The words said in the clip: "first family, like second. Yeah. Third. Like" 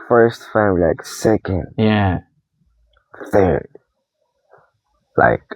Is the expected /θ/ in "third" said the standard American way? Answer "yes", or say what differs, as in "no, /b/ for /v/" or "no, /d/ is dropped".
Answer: yes